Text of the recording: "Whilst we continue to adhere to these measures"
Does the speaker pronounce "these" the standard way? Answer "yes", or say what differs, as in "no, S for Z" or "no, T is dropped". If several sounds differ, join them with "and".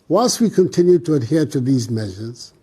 yes